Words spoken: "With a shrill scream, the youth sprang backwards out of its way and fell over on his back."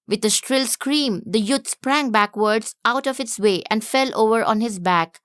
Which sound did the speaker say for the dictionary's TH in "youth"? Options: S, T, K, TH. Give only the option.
T